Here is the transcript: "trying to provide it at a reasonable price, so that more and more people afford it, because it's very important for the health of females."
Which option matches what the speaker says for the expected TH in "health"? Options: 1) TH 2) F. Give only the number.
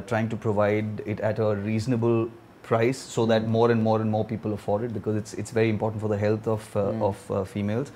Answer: 2